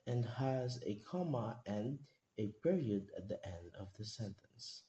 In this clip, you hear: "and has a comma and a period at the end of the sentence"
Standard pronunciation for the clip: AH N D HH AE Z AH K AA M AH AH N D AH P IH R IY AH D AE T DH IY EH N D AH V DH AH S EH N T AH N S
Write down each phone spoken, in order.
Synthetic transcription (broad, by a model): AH N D HH AE Z AH K AA M AH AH N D AH P IH R IY AH D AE T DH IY EH N D AH V DH AH S EH N T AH N S